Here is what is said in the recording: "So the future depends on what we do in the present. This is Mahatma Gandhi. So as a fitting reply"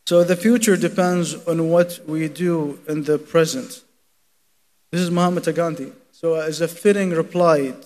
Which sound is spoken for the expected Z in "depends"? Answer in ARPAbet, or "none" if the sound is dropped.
Z